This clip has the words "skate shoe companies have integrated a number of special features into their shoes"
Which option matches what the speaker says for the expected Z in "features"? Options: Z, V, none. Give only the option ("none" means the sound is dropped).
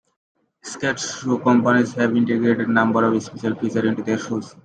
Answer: none